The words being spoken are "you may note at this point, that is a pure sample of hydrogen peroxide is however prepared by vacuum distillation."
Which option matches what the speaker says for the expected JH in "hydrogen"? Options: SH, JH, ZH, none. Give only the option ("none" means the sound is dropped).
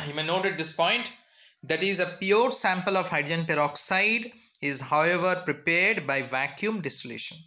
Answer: none